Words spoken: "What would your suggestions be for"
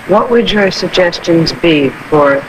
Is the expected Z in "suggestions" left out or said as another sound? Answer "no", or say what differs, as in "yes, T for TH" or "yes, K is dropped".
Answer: no